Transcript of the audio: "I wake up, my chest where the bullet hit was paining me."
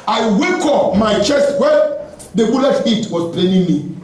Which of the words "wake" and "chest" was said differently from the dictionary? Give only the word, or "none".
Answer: none